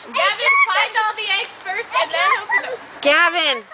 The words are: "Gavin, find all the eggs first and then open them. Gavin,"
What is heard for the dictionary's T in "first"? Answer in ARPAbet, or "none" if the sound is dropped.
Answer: none